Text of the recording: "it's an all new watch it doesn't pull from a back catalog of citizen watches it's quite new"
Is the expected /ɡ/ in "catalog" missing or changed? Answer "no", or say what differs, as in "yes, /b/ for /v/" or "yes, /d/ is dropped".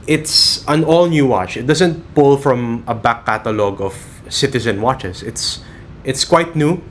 no